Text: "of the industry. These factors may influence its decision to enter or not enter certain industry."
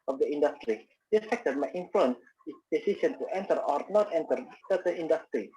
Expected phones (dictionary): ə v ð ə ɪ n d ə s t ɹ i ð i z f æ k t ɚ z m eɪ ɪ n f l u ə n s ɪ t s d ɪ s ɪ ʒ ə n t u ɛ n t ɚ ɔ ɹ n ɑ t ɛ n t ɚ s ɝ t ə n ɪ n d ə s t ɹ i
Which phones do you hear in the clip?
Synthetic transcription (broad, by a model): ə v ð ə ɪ n d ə s t ɹ i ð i f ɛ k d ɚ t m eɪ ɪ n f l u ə n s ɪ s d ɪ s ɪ ʃ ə n t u ɛ n t ɚ ɔ ɹ n ɑ t ɛ n t ɚ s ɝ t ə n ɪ n d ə s t ɹ i